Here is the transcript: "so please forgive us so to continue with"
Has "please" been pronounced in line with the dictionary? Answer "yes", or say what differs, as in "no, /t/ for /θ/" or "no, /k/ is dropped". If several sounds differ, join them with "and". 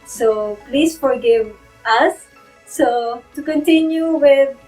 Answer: no, /s/ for /z/